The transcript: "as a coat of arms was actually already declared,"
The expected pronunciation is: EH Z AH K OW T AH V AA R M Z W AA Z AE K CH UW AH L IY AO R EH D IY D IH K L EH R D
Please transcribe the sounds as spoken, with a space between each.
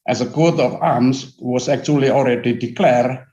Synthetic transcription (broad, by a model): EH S AH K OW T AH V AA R M S W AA S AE K CH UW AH L IY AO L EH D IY D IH K L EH R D